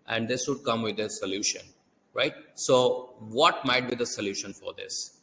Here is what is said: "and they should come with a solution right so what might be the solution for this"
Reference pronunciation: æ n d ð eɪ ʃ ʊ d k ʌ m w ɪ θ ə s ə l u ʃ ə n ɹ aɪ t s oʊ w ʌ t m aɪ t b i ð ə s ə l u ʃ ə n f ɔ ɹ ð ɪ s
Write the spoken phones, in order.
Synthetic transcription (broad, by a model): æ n d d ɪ s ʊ d k ʌ m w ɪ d ə s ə l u ʃ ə n ɹ aɪ t s oʊ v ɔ t m aɪ t b i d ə s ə l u ʃ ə n f ɔ ɹ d ɪ s